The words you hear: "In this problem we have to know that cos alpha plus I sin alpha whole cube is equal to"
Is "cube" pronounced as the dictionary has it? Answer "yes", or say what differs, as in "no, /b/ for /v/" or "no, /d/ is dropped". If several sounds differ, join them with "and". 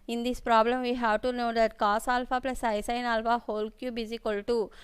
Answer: yes